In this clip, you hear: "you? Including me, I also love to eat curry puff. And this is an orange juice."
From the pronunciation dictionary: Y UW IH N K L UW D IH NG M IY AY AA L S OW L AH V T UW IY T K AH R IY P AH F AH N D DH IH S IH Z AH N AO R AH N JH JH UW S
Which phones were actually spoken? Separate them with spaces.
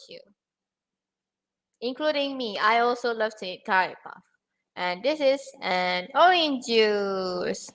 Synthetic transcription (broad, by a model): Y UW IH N K L UW D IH NG M IY AY AA L S OW L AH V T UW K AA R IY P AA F AH N D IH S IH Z AH N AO AH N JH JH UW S